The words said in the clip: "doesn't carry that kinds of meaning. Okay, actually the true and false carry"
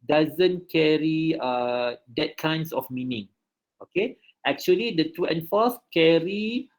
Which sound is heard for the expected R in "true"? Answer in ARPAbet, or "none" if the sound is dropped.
none